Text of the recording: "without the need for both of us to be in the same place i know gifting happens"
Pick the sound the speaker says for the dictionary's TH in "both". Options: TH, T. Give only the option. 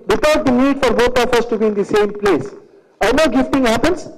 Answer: T